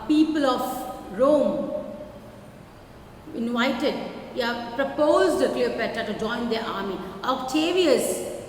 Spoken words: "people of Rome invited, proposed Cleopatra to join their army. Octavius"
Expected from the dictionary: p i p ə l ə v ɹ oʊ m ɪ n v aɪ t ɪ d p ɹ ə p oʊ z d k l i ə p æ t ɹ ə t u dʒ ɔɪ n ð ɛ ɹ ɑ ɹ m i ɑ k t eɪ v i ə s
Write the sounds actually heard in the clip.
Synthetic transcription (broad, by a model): p i p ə l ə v ɹ oʊ m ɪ n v aɪ t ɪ d p ɹ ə p oʊ z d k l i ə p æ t ə t u dʒ ɔɪ n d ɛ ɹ ɑ ɹ m i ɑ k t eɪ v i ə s